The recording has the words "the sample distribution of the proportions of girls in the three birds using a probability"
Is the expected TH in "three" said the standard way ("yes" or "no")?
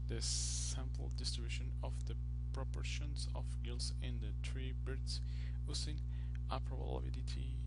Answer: no